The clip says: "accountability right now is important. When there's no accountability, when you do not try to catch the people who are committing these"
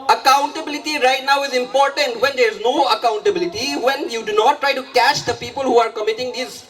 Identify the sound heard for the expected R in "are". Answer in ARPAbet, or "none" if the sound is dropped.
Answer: R